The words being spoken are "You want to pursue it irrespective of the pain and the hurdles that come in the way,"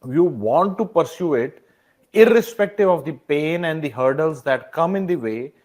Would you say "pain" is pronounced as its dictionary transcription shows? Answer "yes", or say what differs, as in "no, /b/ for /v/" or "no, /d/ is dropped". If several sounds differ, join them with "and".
yes